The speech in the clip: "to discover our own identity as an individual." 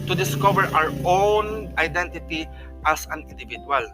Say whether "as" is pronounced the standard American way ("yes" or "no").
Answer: no